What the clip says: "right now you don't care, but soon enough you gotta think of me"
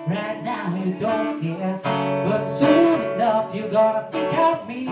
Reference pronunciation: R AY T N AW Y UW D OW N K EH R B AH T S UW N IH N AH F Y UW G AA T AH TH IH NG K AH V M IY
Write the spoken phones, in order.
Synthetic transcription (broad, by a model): R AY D AW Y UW D OW N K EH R B AH T S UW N IH N AH F Y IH G AA T AH T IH K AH P M IY